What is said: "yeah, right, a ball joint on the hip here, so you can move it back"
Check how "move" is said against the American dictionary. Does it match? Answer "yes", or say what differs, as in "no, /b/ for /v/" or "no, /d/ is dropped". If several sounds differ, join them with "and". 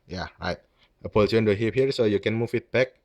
no, /f/ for /v/